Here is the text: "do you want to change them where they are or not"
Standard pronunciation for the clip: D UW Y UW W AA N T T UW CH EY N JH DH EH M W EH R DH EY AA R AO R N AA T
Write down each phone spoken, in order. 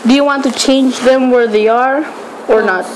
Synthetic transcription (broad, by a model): D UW Y UW W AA N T T UW CH EY N JH DH EH M W EH R DH EY AA R AO R N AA T